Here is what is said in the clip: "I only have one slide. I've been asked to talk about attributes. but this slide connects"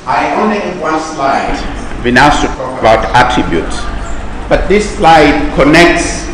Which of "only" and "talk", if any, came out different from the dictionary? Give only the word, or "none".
talk